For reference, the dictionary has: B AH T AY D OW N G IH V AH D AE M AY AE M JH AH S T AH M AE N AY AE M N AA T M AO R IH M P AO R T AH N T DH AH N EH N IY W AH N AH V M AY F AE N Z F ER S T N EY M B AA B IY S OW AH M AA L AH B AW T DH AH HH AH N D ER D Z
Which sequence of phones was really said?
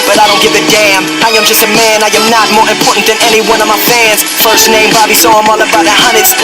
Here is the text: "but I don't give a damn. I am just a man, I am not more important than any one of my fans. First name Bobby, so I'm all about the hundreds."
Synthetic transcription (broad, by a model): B AH T AY D OW N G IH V AH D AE M AY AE M JH AH S T AH M AE N AY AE M N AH T M AO R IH M P AO R T N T DH AH N EH N IY W AH N AH V M AY F AE N Z F ER S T N EY M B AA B IY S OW AH M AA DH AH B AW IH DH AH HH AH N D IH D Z